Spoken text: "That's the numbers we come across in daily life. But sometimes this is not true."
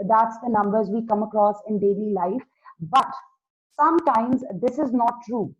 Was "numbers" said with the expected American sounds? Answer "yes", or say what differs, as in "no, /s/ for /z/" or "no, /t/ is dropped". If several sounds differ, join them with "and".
yes